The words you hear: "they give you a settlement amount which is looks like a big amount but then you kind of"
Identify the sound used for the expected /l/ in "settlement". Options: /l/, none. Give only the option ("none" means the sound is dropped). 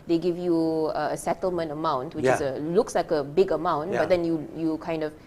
/l/